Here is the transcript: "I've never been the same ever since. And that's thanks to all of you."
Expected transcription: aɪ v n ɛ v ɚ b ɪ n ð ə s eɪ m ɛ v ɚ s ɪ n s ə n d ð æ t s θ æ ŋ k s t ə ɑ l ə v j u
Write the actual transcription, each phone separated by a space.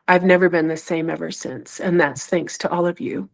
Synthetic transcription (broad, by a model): aɪ v n ɛ v ɚ b ɪ n ð ə s eɪ m ɛ v ɚ s ɪ n s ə n ð æ t s θ æ ŋ k s t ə ɑ l ə v j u